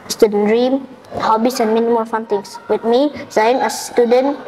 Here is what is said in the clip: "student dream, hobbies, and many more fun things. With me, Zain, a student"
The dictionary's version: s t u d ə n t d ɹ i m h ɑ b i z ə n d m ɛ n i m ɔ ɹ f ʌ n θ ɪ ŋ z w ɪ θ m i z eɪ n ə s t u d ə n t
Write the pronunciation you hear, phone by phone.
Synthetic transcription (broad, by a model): s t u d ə n d ɹ i m h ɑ b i s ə n m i n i m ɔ l f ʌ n t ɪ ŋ s w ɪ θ m i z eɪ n ə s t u d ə n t